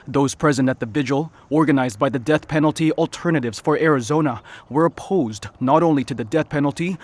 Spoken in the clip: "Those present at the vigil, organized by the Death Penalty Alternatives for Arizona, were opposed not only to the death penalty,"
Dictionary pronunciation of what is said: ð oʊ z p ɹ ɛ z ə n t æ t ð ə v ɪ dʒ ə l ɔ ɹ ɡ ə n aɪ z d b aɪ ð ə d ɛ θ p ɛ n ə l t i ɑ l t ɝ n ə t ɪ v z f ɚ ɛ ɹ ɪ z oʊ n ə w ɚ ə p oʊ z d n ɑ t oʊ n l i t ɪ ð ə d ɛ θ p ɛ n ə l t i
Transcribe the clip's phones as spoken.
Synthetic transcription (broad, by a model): ð oʊ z p ɹ ɛ z ə n t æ t ð ə v ɪ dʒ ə l ɔ ɹ ɡ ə n aɪ z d b aɪ ð ə d ɛ θ p ɛ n l t i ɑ l t ɝ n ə t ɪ v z f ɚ ɛ ɹ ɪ z oʊ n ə w ɚ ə p oʊ z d n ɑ t oʊ n l i t ɪ ð ə d ɛ θ p ɛ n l t i